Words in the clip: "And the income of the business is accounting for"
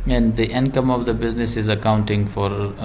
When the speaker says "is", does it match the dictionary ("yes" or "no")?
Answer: yes